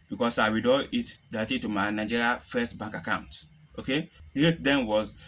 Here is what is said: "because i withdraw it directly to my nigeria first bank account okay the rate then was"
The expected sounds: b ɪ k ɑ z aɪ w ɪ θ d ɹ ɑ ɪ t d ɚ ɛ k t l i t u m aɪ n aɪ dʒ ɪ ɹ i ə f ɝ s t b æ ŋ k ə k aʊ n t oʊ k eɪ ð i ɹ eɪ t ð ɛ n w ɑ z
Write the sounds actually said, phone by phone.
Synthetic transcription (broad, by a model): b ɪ k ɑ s aɪ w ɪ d ɑ ɪ t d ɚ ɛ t i t u m aɪ n aɪ dʒ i ɹ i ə f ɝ s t b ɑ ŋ k ə k aʊ n t oʊ k eɪ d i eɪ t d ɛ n w ɑ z